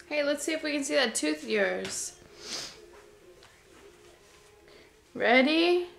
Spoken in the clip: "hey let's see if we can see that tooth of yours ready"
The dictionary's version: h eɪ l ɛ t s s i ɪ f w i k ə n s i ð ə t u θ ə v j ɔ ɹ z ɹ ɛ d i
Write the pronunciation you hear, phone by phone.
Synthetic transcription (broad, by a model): h eɪ l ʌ t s s i ɪ f w i k ə n s i ð ə t u θ j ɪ ɹ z ɹ ɛ d i